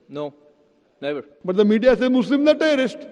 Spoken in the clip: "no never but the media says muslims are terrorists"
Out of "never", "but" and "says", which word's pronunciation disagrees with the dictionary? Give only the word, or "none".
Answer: says